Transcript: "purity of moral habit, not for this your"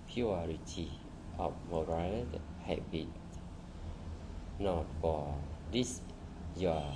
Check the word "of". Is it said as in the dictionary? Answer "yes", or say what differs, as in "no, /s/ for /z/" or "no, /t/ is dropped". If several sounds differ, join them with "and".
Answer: no, /f/ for /v/